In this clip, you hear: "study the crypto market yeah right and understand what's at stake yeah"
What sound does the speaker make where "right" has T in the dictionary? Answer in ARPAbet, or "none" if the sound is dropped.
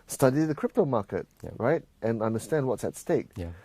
T